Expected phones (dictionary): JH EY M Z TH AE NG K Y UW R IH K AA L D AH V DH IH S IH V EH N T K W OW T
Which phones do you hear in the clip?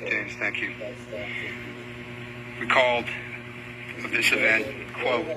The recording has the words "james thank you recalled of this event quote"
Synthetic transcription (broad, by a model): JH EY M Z TH AE NG K Y UW W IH K AA L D AH V DH IH S IH V EH N T K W OW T